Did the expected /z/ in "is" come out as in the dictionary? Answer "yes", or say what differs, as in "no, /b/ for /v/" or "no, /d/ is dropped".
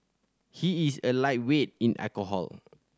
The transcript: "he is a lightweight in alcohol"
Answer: no, /s/ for /z/